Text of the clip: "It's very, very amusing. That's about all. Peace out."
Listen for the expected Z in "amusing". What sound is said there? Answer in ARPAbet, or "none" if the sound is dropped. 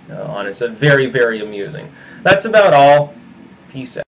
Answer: Z